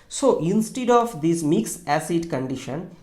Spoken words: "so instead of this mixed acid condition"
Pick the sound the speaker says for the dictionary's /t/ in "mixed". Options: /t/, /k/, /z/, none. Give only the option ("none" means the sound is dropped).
none